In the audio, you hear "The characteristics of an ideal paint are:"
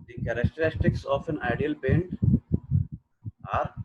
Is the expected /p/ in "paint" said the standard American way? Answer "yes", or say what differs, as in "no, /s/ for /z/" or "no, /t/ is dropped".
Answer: no, /b/ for /p/